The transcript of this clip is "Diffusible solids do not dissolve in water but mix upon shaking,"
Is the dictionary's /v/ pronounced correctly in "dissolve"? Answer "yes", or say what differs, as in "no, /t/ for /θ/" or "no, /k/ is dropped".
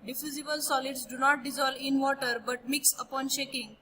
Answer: no, /v/ is dropped